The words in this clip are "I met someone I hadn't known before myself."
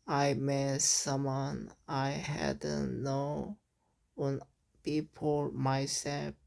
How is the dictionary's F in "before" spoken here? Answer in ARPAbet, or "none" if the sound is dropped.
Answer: P